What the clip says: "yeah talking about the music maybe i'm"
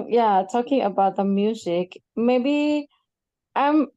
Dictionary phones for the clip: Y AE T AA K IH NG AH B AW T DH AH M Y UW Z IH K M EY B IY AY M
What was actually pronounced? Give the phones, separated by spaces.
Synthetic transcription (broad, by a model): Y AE T AA K IH NG AH B AW T DH AH M Y UW Z IH K M EY B IY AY M